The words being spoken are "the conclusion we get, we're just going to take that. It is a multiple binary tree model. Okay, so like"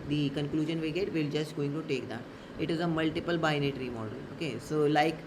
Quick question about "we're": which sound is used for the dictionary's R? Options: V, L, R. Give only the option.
L